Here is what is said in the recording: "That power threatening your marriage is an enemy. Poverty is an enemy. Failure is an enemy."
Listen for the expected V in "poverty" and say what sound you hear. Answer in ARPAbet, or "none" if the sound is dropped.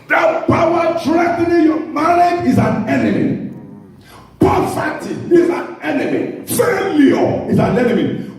F